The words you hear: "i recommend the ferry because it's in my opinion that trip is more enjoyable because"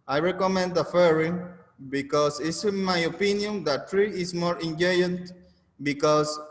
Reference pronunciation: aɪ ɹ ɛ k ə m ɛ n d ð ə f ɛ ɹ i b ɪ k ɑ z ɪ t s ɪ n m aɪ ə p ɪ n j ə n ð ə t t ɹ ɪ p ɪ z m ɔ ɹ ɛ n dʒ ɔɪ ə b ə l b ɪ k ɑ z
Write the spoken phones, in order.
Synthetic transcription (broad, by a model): aɪ ɹ ɛ k ə m ɛ n d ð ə f ɛ ɹ i b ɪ k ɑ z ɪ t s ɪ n m aɪ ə p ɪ n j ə n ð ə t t ɹ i ɪ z m ɔ ɹ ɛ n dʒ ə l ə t b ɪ k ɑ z